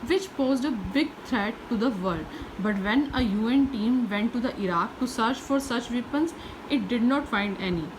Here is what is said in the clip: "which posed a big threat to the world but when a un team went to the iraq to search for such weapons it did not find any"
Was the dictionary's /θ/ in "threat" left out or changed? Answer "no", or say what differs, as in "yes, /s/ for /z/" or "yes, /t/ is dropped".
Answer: yes, /t/ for /θ/